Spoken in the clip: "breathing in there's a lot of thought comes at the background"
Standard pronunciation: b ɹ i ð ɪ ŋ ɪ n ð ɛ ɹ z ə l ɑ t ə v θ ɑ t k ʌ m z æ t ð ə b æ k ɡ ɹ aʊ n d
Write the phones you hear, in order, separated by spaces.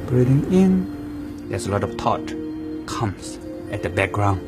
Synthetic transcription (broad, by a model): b ɹ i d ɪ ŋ ɪ n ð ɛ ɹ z ə l ɑ t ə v t ɑ t k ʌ m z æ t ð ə b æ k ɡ ɹ aʊ n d